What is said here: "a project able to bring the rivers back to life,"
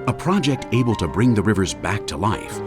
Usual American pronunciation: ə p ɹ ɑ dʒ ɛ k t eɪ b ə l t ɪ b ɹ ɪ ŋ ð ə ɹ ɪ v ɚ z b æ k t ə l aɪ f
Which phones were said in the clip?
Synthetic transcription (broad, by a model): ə p ɹ ɑ dʒ ɛ k t eɪ b ə l t ɪ b ɹ ɪ ŋ ð ə ɹ ɪ v ɚ z b æ k t ə l aɪ f